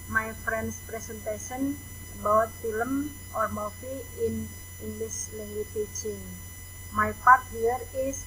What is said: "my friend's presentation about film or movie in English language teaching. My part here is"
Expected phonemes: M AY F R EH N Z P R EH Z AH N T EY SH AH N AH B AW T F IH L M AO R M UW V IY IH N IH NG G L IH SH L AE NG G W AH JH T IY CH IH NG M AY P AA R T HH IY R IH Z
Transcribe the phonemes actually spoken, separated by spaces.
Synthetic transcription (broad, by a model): M AY F R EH N S P R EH S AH N T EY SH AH N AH B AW T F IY L M AO R M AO F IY IH N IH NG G L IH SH L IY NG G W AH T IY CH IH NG M AY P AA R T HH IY R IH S